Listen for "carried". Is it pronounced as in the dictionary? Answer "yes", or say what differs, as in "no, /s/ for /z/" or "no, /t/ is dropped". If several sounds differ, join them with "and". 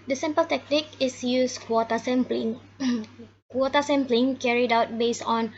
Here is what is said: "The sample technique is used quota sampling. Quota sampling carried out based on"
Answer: yes